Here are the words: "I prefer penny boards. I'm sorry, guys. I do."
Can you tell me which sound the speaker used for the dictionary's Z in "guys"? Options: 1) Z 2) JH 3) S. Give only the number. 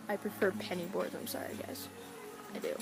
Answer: 3